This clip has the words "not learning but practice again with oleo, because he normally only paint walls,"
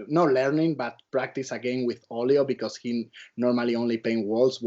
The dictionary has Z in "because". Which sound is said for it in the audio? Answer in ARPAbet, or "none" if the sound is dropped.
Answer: S